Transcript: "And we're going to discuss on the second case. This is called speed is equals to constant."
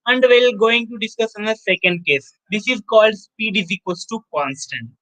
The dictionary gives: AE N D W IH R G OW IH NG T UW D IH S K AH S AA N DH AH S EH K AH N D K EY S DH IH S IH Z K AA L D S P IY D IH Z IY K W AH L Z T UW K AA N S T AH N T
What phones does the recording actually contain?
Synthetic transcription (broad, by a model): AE N D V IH L G OW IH NG T UW D IH S K AH S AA N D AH S EH K AH N D K EY S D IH S IH Z K AA L D S P IY D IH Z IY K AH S T UW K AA N S T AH N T